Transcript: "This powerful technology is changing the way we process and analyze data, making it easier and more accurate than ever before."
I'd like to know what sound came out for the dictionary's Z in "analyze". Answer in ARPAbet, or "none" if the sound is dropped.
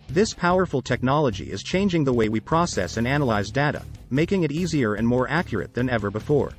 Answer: Z